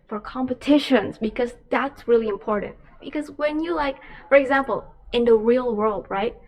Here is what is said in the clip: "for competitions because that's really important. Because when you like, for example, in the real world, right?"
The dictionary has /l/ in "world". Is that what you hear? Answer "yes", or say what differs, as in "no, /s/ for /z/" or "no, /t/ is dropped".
yes